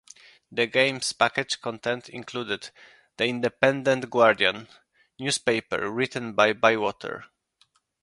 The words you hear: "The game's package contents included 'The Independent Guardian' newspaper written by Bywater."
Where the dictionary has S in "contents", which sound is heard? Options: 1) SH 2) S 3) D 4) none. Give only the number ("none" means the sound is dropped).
4